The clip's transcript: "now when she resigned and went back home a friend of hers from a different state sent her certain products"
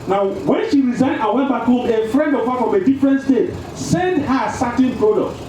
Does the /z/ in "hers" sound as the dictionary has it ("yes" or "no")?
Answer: no